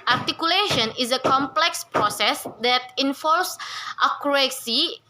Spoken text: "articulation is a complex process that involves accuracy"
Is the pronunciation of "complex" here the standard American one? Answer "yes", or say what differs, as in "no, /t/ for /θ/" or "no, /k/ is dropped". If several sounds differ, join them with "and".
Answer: yes